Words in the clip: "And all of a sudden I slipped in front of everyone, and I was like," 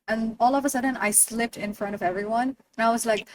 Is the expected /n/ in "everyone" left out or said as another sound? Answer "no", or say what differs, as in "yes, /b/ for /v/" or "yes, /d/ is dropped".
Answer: no